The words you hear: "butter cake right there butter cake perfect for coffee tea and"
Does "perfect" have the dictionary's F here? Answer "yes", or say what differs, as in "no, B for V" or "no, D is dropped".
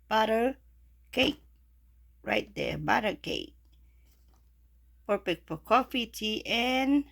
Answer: no, P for F